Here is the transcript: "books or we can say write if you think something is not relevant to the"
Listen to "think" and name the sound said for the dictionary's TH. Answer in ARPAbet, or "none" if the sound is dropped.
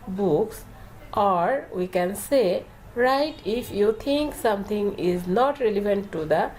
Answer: T